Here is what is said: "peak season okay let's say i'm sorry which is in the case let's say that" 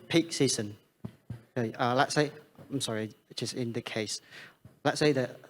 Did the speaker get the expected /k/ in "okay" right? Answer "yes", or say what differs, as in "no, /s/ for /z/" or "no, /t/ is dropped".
no, /k/ is dropped